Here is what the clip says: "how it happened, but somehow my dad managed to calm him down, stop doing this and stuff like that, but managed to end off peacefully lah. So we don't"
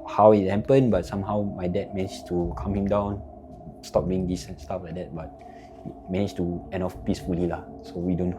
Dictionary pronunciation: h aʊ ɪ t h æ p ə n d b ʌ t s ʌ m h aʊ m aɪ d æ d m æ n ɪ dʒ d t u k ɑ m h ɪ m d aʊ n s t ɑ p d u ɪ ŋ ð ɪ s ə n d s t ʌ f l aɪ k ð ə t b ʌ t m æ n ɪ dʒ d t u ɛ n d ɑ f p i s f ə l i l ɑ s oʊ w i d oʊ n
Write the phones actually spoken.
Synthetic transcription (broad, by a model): h aʊ ɪ t h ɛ p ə n b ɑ t s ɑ m h aʊ m aɪ d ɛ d m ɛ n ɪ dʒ t u k ɑ m h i m d aʊ n s t ɑ p d u ɪ ŋ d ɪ s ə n s t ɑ f l aɪ k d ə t b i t m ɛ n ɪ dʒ t u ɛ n ɑ f p i s f ə l i l ɑ s oʊ w i d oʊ n